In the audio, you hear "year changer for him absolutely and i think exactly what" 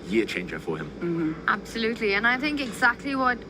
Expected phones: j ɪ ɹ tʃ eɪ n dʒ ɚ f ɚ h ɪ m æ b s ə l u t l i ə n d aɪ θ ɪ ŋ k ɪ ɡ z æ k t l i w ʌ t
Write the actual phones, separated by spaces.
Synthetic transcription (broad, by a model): j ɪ tʃ eɪ n dʒ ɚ f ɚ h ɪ m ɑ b s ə l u t l i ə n aɪ θ ɪ ŋ k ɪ ɡ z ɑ k t l i w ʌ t